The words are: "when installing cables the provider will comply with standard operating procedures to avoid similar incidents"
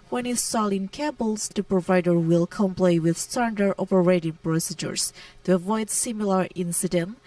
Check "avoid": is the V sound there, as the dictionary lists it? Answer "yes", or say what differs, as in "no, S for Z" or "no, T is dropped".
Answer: yes